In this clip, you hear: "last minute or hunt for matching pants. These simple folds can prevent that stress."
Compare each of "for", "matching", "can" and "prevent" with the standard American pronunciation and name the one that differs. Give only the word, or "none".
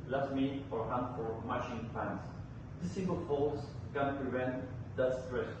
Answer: matching